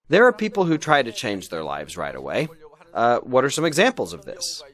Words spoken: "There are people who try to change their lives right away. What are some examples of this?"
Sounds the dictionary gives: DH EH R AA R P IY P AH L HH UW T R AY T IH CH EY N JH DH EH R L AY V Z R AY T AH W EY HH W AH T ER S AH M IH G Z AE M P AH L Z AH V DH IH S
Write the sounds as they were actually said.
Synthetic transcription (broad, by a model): DH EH R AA R P IY P L HH UW T R AY T IH CH EY N JH DH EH R L AY V Z R AY T AH W EY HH W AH T ER S AH M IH G Z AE M P L Z AH V DH IH S